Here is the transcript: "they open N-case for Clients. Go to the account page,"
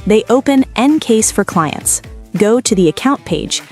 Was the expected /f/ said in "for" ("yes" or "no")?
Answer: yes